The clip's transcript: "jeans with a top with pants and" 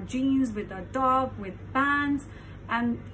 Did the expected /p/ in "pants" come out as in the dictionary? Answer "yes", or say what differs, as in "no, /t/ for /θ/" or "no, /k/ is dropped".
no, /b/ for /p/